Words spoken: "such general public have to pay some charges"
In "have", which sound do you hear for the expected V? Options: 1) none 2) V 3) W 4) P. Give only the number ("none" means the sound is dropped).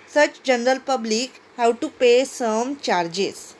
3